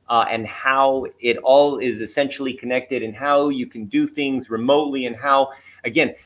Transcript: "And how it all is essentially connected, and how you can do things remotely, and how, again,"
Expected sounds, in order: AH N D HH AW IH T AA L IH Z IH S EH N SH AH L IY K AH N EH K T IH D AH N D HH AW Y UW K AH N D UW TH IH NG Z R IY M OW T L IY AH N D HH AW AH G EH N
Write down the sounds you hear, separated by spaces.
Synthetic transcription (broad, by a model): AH N HH AW IH T AA L IH Z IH S EH N SH L IY K AH N EH K T IH D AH N HH AW Y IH K N D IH TH IH NG Z R IY M OW T L IY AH N HH AW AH G EH N